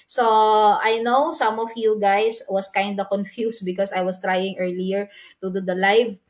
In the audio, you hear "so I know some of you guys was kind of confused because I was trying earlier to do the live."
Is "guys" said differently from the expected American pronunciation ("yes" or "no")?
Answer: yes